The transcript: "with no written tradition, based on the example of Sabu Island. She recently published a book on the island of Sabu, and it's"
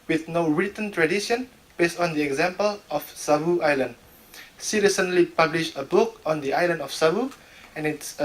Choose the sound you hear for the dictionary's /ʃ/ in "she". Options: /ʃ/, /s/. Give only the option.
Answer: /s/